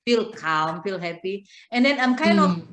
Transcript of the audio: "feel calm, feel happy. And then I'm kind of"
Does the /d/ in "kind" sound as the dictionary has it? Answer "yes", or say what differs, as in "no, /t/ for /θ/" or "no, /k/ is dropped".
no, /d/ is dropped